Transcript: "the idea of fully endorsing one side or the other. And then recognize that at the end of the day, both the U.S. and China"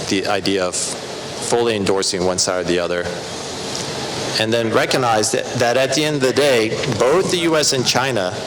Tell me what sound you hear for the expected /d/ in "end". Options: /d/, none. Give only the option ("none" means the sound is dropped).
/d/